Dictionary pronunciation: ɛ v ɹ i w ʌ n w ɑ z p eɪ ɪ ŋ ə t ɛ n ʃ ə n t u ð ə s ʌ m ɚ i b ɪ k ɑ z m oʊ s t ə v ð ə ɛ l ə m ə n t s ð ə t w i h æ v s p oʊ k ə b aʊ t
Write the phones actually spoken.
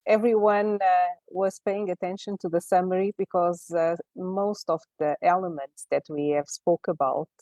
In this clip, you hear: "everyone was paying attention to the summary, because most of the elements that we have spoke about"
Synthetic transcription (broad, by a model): ɛ v ɹ i w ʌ n w ɑ z p eɪ ɪ ŋ ə t ɛ n ʃ ə n t u ð ə s ʌ m ɚ i b ɪ k ɑ z m oʊ s t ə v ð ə ɛ l ə m ə n t s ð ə t w i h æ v s p oʊ k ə b aʊ t